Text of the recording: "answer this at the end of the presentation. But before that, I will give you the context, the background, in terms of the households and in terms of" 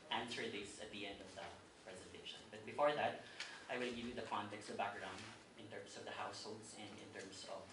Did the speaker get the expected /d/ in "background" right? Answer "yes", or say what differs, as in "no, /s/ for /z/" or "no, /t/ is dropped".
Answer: no, /d/ is dropped